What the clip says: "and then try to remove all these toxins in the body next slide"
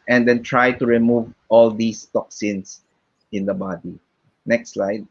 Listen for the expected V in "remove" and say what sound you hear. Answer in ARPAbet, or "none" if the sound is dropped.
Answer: V